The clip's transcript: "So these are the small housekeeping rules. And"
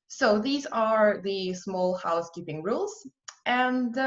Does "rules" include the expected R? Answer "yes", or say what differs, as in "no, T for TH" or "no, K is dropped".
yes